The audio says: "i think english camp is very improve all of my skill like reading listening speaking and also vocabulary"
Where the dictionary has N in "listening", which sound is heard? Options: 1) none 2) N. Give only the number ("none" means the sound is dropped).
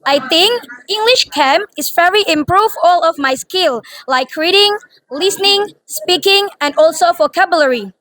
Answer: 2